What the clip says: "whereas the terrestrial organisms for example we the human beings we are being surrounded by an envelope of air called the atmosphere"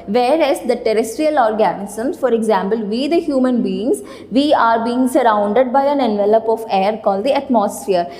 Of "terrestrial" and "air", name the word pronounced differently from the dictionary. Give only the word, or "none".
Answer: none